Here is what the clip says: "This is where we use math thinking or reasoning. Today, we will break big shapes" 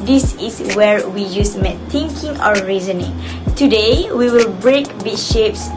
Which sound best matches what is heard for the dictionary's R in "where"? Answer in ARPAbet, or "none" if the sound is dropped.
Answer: R